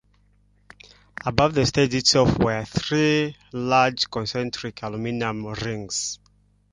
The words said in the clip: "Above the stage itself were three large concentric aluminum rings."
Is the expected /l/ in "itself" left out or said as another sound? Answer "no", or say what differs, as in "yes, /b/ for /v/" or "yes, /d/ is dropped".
yes, /l/ is dropped